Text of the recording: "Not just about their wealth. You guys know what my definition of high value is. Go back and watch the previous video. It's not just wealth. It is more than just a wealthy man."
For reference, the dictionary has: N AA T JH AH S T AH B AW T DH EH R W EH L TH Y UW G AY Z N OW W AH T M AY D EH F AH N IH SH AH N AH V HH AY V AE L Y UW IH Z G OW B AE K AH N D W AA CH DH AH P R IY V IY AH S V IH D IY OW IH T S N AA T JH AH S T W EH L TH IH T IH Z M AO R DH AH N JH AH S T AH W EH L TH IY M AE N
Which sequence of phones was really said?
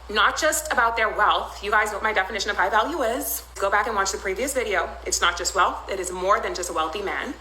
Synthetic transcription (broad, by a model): N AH T JH AH S T AH B AW T DH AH R W EH L TH Y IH G AY Z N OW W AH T M AY D EH F AH N IH SH AH N AH V HH AY V AE L Y UW IH Z G OW B AE K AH N W AA CH DH AH P R IY V IY AH S V IH D IY OW IH T S N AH T JH AH S T W EH L TH IH T IH Z M AO R DH AH N JH AH S T AH W EH L TH IY M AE N